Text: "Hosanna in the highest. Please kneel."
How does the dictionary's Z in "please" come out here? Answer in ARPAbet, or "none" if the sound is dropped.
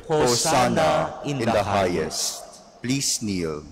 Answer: S